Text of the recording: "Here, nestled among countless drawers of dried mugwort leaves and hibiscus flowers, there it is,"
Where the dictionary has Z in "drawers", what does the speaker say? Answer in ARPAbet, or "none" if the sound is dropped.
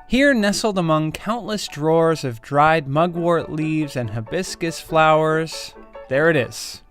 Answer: Z